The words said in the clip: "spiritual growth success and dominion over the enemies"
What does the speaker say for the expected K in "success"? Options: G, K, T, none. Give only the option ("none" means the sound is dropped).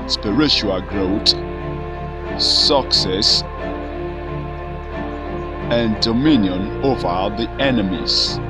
K